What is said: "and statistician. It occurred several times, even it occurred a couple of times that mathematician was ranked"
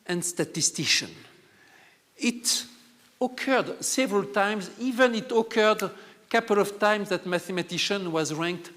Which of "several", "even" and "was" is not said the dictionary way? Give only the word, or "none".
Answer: none